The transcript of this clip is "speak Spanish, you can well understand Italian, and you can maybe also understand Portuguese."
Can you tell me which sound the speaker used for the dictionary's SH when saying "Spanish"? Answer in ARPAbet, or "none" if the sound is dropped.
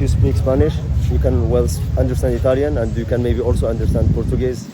SH